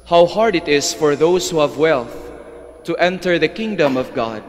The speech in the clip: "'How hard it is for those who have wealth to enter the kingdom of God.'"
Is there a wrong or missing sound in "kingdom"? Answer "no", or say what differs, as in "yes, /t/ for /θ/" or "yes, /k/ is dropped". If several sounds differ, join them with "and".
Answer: no